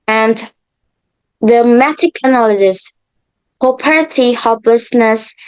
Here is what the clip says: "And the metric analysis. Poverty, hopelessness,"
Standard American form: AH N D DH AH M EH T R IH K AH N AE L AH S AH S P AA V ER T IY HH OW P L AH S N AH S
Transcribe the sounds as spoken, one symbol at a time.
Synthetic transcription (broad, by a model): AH N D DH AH M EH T IH K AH N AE L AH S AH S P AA P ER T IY HH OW P L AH S N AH S